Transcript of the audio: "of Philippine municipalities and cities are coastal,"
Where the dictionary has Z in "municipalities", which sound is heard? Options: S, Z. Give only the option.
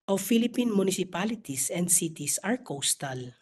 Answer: S